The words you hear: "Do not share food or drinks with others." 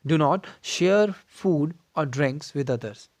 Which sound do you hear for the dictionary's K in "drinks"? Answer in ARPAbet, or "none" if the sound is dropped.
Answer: K